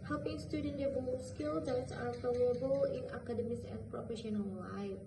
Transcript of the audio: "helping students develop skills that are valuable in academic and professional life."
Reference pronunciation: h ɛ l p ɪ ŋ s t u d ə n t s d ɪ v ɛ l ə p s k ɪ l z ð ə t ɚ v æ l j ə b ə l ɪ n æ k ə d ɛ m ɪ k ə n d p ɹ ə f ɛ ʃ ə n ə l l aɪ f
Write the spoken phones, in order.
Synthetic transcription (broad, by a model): h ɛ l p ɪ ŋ s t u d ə n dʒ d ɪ b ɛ ə s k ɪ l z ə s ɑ f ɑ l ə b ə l ɪ n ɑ k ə d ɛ m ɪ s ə n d p ɹ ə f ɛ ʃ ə n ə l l aɪ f